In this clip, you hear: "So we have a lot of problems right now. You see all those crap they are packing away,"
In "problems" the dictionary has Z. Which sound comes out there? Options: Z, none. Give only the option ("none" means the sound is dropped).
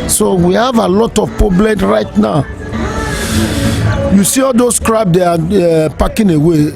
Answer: none